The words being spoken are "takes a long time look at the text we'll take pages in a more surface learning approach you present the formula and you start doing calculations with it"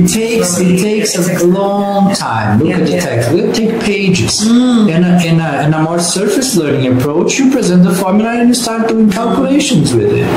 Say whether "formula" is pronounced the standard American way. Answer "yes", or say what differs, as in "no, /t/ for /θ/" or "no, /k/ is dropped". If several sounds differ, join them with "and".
no, /n/ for /l/